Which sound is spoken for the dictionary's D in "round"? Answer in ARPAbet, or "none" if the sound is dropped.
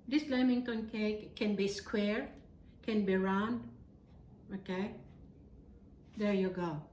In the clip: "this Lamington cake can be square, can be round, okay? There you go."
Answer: D